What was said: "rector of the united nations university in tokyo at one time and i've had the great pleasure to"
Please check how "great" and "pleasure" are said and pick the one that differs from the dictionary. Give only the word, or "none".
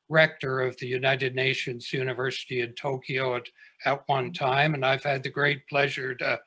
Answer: none